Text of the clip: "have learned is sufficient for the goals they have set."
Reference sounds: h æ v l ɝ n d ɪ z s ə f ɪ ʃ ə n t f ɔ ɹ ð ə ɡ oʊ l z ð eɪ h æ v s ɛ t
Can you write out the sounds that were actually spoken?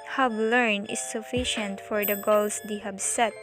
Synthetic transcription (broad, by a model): h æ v l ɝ n ɪ s ə f ɪ ʃ ə n t f ɔ ɹ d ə ɡ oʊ l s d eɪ h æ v s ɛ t